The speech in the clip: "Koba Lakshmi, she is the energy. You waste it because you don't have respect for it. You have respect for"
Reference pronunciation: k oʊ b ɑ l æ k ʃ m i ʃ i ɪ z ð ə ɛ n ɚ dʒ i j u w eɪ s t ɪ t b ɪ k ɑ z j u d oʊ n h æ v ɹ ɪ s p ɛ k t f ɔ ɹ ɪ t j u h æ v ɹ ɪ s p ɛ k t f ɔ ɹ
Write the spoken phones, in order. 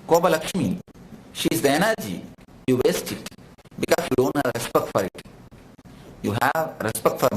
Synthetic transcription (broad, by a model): k oʊ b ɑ l æ k ʃ m i ʃ i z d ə ɛ n ɚ dʒ i j u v eɪ s t ɪ t b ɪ k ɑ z j u d oʊ n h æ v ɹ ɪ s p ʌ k f ɔ ɹ ɪ t j u h æ v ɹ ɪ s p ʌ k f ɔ ɹ